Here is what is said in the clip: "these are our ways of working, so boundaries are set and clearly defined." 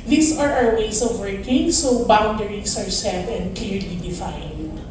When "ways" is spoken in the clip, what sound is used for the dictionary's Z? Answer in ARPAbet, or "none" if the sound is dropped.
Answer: S